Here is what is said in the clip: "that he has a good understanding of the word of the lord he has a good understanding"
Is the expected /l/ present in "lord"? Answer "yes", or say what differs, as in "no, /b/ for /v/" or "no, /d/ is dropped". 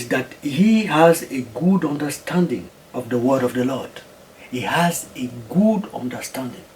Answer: yes